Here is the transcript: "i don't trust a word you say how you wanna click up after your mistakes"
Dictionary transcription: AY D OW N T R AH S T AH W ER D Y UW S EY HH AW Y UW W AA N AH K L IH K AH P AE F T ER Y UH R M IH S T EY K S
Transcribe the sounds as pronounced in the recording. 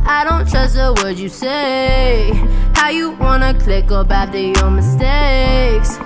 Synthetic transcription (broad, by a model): AY D OW N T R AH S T AH W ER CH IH S EY HH AW Y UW W AA N AH K L IH K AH B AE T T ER Y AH R M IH S T EY K S